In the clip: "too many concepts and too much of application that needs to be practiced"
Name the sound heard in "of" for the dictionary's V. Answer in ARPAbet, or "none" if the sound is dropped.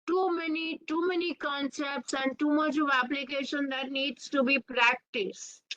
V